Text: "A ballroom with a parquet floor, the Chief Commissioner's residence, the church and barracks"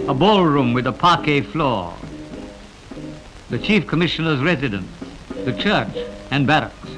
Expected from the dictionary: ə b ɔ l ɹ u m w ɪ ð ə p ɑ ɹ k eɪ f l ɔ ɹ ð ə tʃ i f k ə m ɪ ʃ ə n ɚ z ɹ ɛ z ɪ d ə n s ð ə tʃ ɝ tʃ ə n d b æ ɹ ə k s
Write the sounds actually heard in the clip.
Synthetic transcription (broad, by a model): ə b ɔ l ɹ u m w ɪ ð ə p ɑ ɹ k eɪ f l ɔ ɹ ð ə tʃ i f k ə m ɪ ʃ ə n ɚ z ɹ ɛ z ɪ d ə n s ð ə tʃ ɝ tʃ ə n b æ ɹ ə k s